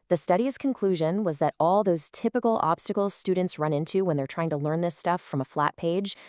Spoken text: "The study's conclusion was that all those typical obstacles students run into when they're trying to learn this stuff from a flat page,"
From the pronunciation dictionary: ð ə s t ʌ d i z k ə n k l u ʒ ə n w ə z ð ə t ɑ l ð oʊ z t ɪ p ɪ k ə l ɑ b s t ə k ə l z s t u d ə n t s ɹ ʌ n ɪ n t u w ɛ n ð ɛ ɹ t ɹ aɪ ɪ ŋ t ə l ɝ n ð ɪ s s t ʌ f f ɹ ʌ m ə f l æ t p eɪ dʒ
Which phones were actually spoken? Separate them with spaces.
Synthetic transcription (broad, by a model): ð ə s t ʌ d i z k ə n k l u ʒ ə n w ə z ð ə t ɑ l ð oʊ z t ɪ p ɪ k l ɑ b s t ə k l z s t u d n t s ɹ ʌ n ɪ n t u w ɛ n ð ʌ ɹ t ɹ aɪ ɪ ŋ t ə l ɝ n ð ɪ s s t ʌ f f ɹ ʌ m ə f l æ t p eɪ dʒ